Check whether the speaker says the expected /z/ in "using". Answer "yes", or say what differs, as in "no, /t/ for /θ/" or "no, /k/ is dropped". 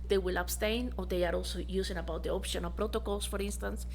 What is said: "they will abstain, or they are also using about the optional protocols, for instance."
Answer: no, /s/ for /z/